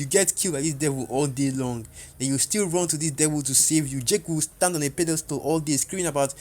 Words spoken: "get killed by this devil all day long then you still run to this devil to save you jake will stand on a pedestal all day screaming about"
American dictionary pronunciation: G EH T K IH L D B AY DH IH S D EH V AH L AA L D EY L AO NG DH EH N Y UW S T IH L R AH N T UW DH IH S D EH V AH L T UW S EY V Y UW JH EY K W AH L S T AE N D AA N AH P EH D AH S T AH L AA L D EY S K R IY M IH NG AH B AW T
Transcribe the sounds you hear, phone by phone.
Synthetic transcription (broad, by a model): G EH T K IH L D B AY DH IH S D EH V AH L AA L D EY L AO NG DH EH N Y UW S T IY L R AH N T UW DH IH S D EH V AH L T UW S EY V Y UW JH EY K W AH L S T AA N D AA N AH P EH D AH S T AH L AA L D EY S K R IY IH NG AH B AW T